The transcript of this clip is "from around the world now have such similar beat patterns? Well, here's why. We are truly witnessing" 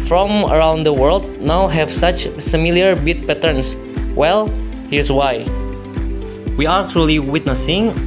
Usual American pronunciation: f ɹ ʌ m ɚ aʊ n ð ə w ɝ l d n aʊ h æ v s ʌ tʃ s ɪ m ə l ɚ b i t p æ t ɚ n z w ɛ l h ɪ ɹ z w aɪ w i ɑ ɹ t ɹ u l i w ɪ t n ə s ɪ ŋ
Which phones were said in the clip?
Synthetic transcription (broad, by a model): f ɹ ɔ m ɚ aʊ n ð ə w ɝ l d n aʊ h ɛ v s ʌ tʃ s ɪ m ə l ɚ b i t p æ t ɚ n s w ɛ l h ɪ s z w aɪ w i ɑ ɹ t ɹ u l i w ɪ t n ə s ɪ ŋ